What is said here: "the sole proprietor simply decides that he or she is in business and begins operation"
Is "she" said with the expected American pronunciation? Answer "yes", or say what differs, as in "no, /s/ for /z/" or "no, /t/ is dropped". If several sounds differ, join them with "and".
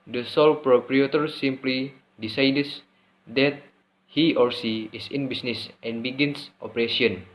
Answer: no, /s/ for /ʃ/